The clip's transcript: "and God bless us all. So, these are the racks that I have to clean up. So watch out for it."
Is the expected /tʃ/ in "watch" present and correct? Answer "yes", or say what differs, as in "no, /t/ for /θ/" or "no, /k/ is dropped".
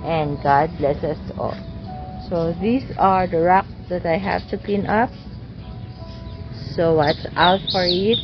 no, /s/ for /tʃ/